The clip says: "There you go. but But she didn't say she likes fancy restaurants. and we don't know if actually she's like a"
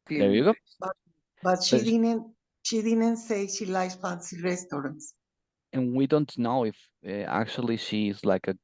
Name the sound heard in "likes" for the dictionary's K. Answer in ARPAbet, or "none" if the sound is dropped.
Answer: none